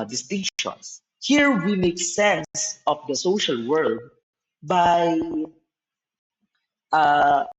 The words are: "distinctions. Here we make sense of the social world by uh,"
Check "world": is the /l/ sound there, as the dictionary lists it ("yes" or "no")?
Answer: no